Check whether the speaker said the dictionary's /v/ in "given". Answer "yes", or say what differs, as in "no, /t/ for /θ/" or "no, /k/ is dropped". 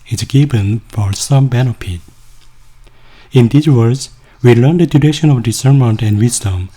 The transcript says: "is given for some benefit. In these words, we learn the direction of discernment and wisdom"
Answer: no, /b/ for /v/